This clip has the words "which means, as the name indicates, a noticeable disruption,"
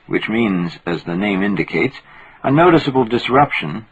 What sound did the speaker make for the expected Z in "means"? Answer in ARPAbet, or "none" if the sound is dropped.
Z